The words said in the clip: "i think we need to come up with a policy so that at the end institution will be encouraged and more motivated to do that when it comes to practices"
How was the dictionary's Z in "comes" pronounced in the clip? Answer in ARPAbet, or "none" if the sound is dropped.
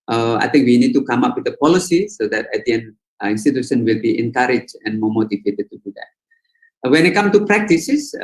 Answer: none